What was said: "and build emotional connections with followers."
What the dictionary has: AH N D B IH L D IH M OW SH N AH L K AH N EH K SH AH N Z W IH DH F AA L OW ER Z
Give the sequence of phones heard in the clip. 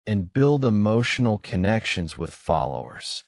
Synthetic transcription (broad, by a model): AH N B IH L D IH M OW SH N L K AH N EH K SH AH N Z W IH DH F AA L OW ER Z